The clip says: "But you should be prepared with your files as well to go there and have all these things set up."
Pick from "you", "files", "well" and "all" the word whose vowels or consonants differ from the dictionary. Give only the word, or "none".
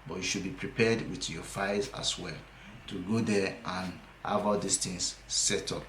files